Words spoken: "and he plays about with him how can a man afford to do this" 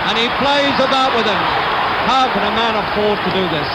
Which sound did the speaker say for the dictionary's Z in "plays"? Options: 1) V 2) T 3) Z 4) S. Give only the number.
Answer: 3